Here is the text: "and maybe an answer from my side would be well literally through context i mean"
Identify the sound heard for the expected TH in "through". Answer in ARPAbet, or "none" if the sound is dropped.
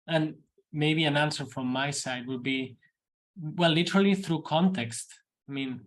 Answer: TH